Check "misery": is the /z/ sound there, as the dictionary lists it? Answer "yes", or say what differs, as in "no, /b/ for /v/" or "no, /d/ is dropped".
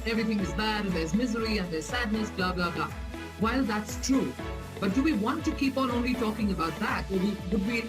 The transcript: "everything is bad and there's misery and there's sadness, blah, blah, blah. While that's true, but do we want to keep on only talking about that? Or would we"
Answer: yes